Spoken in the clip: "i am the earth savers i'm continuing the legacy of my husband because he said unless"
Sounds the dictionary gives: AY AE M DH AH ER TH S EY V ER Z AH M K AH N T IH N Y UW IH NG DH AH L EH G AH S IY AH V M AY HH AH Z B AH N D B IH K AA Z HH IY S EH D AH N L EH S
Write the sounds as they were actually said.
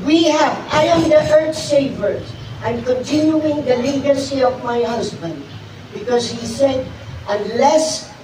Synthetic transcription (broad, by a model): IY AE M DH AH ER T S EY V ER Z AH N K AH N T IH N Y UW IH NG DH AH L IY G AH S IY AH V M AY HH AH Z B AH N D B IH K AA Z HH IY S EH D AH N L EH S